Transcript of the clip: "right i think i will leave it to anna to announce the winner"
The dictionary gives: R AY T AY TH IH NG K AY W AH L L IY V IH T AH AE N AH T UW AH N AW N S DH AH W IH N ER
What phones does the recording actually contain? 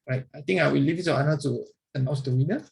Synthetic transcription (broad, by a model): R AY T AY T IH NG AY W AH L L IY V IH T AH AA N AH T UW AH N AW S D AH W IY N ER